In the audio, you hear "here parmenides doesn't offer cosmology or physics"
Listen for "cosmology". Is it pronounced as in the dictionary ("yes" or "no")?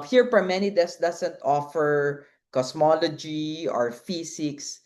no